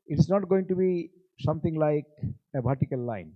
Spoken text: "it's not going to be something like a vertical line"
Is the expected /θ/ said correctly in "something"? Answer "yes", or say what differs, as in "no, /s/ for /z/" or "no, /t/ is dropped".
no, /t/ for /θ/